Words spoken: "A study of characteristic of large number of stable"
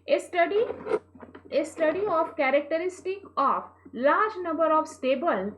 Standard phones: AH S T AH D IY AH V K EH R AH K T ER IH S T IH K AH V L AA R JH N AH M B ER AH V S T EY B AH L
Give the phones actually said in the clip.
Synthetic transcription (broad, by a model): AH S T AH D IY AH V K EH R AH K T ER IH S T IH K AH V L AA R JH N AH M B ER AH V S T EY B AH L